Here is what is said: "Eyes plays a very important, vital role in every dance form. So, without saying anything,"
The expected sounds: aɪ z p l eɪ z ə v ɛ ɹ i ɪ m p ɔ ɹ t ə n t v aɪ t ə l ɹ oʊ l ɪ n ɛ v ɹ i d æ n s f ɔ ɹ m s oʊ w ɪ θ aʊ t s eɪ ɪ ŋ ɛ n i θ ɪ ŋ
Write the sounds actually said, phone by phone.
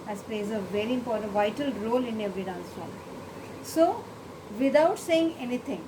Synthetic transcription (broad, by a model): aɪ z p l eɪ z ə v ɛ ɹ i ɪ m p ɔ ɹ t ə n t v aɪ t ə l ɹ oʊ l ɪ n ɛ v i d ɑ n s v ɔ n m s oʊ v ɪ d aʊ t s eɪ ɪ ŋ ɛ n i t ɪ ŋ